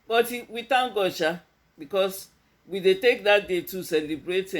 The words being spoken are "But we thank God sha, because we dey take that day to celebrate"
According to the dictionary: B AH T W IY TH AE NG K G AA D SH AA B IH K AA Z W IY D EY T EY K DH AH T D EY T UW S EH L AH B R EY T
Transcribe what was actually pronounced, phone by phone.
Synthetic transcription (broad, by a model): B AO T W IY T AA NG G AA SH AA B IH K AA S W IY D EY T EY K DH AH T D EY T UW S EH L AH B R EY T